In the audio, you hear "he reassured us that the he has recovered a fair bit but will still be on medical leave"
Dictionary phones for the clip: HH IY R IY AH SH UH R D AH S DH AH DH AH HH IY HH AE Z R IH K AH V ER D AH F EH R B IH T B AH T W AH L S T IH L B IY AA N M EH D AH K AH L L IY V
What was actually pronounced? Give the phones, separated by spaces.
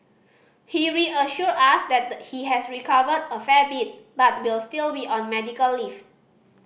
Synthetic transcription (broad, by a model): HH IY R IY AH SH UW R AA S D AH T HH IY HH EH S R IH K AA V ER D AH F EH B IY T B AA T W AH L S T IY L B IY AA N M EH D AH K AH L L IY F